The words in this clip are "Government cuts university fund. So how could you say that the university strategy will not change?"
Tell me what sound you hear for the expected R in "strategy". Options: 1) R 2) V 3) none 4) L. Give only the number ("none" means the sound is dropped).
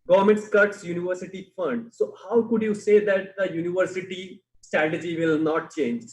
1